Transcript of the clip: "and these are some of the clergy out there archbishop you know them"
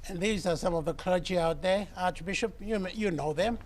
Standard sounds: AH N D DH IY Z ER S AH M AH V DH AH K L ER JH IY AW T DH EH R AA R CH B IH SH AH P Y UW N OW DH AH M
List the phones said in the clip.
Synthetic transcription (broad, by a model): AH N DH IY Z ER S AH M AH V DH AH K L ER JH IY AW T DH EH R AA R CH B IH SH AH P Y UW N OW DH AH M